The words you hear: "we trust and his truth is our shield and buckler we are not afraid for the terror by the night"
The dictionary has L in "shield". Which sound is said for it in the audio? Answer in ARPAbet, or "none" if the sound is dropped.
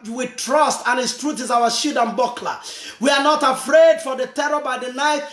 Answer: none